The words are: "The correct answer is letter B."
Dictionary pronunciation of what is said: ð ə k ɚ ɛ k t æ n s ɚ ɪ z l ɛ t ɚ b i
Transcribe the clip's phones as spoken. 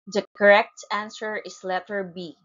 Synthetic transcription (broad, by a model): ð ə k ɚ ɛ k t æ n s ɚ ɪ s l ɛ t ɚ b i